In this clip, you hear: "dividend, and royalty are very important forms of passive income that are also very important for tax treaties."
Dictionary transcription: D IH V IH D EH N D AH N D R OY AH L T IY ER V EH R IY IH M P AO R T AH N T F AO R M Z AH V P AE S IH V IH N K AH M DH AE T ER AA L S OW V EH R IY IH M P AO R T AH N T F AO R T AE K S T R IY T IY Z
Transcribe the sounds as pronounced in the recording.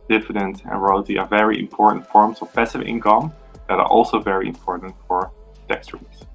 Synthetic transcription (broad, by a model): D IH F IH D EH N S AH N R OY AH T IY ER V EH R IY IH M P AO R T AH N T F AO R M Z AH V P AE S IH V IH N K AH M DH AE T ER AA L S OW V EH R IY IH M P AO R T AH N T F AO R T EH K S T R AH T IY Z